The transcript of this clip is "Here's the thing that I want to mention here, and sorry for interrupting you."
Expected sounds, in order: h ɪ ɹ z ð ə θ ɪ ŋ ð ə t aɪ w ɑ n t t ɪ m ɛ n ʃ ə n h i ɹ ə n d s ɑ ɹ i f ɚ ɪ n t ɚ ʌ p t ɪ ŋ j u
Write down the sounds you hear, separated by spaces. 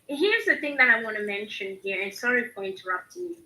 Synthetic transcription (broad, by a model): h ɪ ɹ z ð ə θ ɪ ŋ ð ə t aɪ w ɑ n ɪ m ɛ n ʃ ə n h i ɹ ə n s ɑ ɹ i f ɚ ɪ n t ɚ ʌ p t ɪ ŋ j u